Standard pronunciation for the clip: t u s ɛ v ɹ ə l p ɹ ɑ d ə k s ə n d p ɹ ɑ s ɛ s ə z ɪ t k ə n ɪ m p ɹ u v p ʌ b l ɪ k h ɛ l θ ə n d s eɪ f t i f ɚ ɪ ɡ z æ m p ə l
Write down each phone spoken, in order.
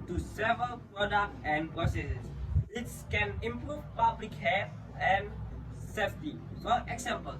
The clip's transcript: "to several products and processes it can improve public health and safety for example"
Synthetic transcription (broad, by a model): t u s ɛ v ɹ ə l p ɹ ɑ d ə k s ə n p ɹ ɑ s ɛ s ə s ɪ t k ə n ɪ m p ɹ u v p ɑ b l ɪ k h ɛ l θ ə n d s eɪ f t i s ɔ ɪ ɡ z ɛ m p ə l